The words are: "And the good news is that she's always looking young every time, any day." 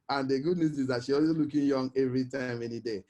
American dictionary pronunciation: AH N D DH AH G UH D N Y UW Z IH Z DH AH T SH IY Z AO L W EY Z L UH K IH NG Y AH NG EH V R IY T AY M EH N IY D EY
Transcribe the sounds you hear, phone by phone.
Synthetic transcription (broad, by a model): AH N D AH G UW D N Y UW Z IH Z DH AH T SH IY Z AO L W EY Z L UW K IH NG Y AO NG EH V R IY T AY M EH N IY D EY